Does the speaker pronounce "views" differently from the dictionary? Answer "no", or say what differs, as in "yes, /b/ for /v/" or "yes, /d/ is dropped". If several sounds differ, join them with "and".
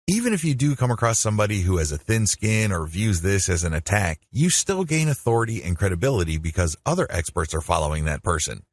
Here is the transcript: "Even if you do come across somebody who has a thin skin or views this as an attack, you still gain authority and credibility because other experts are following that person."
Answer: no